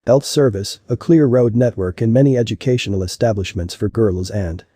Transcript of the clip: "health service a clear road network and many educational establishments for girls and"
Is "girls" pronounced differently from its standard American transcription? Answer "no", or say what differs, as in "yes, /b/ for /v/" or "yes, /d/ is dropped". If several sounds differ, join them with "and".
no